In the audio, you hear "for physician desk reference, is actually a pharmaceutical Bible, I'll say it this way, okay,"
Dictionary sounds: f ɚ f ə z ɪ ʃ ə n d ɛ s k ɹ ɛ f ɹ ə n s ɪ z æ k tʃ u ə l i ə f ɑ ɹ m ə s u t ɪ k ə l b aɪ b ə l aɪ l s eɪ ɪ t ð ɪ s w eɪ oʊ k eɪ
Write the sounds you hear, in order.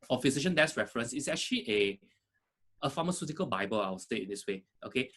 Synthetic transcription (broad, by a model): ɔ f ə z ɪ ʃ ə n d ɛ s ɹ ɛ f ɹ ə n s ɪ s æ k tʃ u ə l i ə f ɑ m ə s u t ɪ k ə l b aɪ b ə l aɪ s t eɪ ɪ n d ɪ s w eɪ oʊ k eɪ